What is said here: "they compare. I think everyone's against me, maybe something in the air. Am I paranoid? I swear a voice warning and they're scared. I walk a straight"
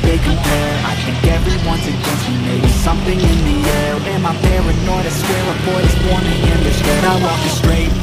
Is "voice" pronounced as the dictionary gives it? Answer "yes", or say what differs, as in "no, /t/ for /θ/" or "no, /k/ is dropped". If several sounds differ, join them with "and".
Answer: no, /b/ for /v/